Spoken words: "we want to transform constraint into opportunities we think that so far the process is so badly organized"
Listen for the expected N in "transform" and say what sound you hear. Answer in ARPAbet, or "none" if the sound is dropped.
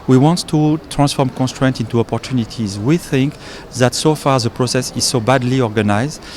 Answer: N